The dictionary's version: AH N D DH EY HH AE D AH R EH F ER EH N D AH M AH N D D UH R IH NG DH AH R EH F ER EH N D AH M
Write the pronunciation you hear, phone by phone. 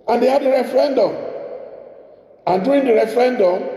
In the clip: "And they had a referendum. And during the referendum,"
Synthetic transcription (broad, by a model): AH N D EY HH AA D AH R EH F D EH N D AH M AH N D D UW IH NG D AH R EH F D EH N D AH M